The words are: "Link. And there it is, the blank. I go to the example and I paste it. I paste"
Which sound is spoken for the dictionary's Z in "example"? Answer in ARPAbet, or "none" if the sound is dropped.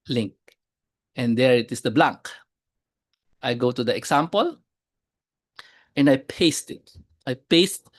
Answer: S